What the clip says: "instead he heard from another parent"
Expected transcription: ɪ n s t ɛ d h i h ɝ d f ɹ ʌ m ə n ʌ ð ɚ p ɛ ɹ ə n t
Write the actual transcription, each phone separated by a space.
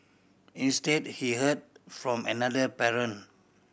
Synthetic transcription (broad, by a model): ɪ n s t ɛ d h i h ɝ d f ɹ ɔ m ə n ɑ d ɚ p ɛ ɹ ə n